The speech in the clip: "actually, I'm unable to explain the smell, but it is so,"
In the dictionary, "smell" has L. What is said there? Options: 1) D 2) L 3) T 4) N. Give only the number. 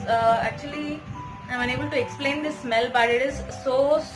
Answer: 2